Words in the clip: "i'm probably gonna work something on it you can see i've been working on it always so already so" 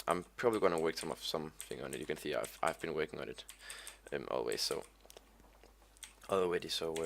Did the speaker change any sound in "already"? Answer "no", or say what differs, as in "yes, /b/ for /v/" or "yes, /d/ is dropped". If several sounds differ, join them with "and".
yes, /w/ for /ɹ/